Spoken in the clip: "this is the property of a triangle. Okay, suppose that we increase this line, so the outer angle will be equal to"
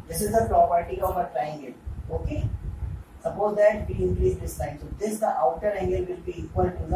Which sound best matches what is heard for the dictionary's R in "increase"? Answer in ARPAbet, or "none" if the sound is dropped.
L